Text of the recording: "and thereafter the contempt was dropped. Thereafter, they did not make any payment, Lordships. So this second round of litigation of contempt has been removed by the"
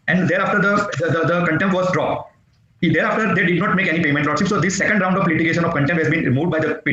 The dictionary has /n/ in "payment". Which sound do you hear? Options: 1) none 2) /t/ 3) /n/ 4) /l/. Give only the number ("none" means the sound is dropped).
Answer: 3